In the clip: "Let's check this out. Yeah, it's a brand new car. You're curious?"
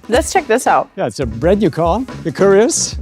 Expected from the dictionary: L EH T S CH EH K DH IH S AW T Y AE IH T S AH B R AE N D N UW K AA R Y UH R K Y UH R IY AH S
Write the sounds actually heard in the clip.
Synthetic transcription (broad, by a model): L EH T S CH EH K DH IH S AW T Y AE IH T S AH B R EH D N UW K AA L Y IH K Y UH R IY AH S